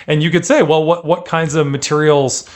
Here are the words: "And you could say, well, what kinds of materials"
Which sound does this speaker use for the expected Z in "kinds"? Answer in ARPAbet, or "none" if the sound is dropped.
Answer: Z